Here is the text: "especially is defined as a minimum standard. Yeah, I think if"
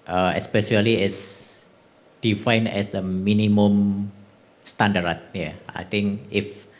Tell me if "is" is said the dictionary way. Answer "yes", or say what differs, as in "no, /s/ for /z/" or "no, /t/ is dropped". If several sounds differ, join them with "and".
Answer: no, /s/ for /z/